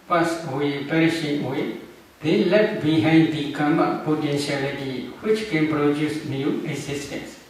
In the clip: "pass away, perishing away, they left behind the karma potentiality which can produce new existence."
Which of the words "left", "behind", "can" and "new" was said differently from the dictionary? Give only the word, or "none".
left